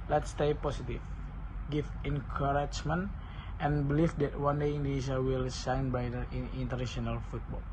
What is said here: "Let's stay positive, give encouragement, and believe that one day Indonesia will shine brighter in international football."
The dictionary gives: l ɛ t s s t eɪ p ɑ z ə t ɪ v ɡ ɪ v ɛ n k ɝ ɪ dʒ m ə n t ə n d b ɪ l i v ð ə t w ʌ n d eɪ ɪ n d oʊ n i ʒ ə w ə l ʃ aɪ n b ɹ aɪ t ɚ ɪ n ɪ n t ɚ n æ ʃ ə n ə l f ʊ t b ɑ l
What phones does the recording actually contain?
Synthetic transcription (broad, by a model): l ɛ t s s t eɪ p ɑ s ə t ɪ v ɡ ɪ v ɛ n k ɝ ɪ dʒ m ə n t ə n b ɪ l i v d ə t w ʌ n d eɪ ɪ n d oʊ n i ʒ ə w ə l s aɪ n b aɪ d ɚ ɪ n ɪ n t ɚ n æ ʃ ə n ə l f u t b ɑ l